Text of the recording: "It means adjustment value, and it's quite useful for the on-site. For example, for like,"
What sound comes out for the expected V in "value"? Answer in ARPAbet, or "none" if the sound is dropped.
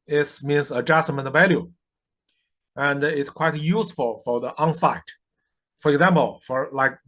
V